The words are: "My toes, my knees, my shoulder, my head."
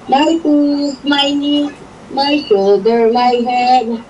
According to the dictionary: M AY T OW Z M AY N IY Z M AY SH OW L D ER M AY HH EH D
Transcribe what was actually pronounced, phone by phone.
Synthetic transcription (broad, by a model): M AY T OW S M AY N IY M AY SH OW D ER M AY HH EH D